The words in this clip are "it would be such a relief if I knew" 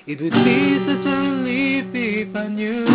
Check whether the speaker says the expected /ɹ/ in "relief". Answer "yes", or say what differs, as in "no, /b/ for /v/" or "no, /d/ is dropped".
no, /l/ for /ɹ/